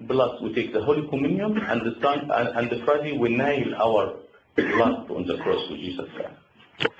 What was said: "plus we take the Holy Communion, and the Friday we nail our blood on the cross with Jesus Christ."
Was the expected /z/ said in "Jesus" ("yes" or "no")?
no